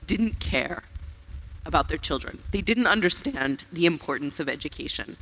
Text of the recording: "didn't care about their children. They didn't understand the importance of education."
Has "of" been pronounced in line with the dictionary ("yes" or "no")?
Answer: yes